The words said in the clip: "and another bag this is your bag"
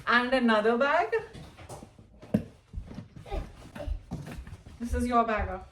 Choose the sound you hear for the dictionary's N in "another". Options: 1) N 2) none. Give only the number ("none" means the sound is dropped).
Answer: 1